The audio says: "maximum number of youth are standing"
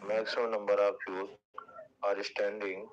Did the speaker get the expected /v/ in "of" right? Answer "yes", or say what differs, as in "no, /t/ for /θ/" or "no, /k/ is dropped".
no, /p/ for /v/